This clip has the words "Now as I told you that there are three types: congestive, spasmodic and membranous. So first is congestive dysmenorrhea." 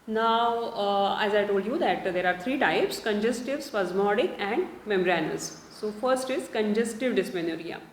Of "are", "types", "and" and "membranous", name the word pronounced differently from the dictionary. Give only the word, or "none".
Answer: membranous